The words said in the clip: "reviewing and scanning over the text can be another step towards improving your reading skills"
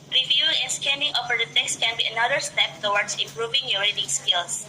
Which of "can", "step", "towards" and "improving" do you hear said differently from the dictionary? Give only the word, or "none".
towards